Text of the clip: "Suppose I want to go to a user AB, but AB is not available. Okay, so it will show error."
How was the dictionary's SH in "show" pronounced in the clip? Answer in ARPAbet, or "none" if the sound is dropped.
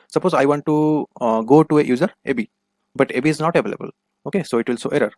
S